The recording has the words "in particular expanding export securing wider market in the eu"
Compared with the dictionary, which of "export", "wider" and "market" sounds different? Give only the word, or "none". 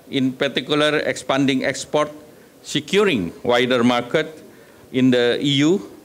none